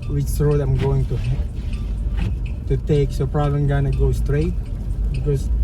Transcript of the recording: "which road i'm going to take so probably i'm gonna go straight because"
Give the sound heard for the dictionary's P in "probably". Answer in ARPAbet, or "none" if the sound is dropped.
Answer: P